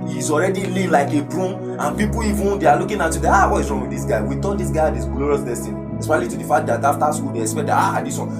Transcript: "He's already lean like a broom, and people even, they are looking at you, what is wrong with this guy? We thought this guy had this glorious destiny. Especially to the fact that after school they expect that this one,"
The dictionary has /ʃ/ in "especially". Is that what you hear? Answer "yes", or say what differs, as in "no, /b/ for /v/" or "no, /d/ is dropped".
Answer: no, /ʃ/ is dropped